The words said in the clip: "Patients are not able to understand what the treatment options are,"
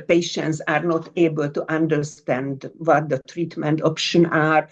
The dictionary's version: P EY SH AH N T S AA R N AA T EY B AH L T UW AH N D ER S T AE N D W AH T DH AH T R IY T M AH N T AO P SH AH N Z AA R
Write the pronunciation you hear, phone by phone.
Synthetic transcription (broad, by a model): P EY SH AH N T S AA R N AA T EY B AH L T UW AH N D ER S T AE N D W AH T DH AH T R IY T M AH N T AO P SH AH N AA R